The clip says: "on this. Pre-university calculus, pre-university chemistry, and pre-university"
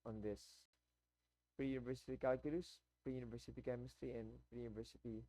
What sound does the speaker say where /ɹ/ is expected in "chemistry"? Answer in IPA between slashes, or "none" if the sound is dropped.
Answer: /ɹ/